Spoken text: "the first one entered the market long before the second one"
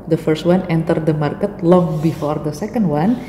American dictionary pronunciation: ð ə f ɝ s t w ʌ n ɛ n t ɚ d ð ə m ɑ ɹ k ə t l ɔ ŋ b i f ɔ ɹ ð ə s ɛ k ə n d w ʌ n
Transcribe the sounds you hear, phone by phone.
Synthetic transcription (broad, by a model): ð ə f ɝ s t w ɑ n ɛ n t ɚ d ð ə m ɑ ɹ k ə t l ɔ ŋ b i f ɔ ɹ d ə s ɛ k ə n d w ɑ n